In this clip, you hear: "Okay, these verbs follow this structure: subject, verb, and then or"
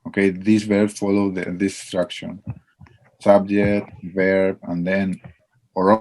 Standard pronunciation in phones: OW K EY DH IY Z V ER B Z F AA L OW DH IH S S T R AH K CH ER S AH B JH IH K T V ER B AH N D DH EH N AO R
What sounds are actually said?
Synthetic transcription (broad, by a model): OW K EY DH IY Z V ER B F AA L OW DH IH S S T R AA K SH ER S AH B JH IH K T V ER B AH N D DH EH N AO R